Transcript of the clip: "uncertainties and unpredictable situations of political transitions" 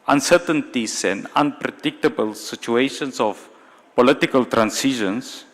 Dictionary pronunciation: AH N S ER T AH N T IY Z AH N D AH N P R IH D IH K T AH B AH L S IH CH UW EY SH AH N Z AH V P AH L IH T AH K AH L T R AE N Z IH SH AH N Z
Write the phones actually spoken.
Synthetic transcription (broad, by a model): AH N S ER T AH N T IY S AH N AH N P R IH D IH K T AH B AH L S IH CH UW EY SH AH N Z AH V P AH L IH T AH K AH L T R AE N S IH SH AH N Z